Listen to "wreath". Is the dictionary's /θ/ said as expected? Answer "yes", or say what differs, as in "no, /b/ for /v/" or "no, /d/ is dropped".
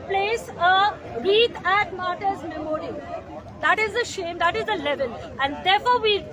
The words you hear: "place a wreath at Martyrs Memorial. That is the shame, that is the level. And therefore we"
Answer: no, /t/ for /θ/